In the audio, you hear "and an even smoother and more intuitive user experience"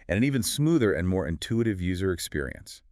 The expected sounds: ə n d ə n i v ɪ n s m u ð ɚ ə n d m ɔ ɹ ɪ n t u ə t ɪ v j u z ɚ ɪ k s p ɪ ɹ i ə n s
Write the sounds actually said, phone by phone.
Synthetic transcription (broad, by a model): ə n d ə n i v ɪ n s m u ð ɚ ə n m ɔ ɹ ɪ n t u ə t ɪ v j u z ɚ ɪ k s p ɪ ɹ i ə n s